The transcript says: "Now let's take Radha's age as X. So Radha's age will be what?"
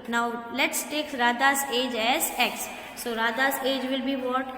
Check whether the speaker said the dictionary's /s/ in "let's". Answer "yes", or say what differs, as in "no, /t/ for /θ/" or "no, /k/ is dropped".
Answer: yes